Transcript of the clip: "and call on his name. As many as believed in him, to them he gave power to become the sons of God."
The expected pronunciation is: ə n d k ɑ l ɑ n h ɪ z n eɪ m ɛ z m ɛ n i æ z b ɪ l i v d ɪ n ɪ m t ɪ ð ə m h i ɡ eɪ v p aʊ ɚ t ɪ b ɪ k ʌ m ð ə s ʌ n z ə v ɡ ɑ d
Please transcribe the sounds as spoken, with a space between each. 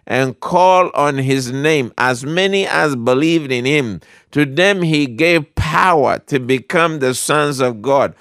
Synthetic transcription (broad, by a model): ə n k ɑ l n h ɪ z n eɪ m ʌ z m ɛ n i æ z b ɪ l i v d ɪ n ɪ m t ɪ ð ə m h i ɡ eɪ v p aʊ ɚ t ɪ b ɪ k ʌ m ð ə s ʌ n z ə v ɡ ɑ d